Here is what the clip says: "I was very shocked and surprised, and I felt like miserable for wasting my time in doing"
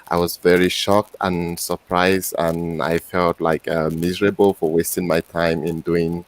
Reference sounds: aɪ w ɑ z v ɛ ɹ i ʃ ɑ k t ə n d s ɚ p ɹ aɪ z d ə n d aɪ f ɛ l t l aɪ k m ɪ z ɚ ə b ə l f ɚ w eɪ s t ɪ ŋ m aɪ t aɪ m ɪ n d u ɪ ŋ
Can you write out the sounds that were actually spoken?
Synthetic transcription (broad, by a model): aɪ w ɑ z v ɛ ɹ i ʃ ɑ k t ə n s ɚ p ɹ aɪ z d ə n aɪ f ɛ l t l aɪ k m ɪ z ɚ ə b ə l f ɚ w eɪ s t ɪ ŋ m aɪ t aɪ m ɪ n d u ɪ ŋ